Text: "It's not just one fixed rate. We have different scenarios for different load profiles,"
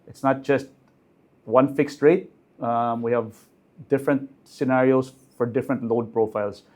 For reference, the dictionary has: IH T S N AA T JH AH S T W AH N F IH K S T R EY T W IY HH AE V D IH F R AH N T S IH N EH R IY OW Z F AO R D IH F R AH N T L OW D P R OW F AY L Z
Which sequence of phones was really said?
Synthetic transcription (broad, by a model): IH T S N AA T JH AH S T W AH N F IH K S T R EY T W IY HH AE V D IH F R AH N T S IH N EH R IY OW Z F AO R D IH F R AH N T L OW D P R OW F AY L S